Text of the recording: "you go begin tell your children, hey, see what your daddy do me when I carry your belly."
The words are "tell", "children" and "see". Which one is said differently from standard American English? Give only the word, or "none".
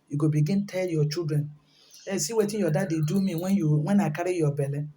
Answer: children